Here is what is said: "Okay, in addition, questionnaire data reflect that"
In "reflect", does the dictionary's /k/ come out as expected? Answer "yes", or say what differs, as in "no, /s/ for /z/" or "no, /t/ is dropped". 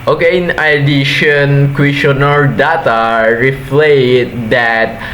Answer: no, /k/ is dropped